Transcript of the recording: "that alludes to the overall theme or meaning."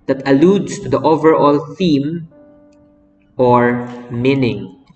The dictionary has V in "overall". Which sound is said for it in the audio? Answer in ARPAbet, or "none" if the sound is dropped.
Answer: V